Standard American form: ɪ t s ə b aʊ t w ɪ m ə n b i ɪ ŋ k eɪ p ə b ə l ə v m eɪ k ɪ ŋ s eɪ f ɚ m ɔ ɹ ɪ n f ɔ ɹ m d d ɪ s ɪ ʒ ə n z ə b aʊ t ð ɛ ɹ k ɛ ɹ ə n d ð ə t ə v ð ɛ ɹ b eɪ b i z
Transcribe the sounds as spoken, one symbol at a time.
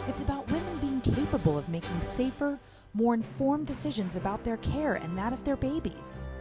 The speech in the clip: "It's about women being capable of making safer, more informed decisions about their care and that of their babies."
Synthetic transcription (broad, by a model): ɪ t s ə b aʊ t w ɪ m ə n b i ɪ ŋ k eɪ p ə b ə l ə v m eɪ k ɪ ŋ s eɪ f ɚ m ɔ ɹ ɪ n f ɔ ɹ m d d ɪ s ɪ ʒ ə n z ə b aʊ t ð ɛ ɹ k ɛ ɹ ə n ð ə t ə v ð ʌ ɹ b eɪ b i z